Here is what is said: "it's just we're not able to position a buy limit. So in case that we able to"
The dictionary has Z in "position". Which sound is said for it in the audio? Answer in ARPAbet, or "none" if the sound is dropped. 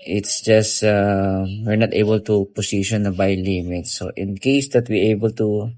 S